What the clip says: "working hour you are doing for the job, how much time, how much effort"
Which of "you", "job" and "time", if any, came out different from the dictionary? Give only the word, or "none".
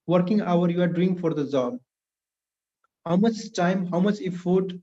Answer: job